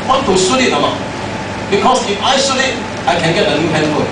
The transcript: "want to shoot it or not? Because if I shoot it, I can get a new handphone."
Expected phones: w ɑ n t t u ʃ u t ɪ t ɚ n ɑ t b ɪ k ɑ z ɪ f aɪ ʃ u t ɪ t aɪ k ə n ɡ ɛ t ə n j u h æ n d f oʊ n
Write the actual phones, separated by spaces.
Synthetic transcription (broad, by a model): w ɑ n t t u s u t ɪ t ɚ l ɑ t b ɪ k ɑ s ɪ f aɪ s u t ɪ t aɪ k ə n ɡ ɛ t ə n j u h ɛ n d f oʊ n